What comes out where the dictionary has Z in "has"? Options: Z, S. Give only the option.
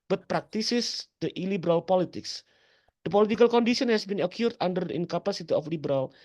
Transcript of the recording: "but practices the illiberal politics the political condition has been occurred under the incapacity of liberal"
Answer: S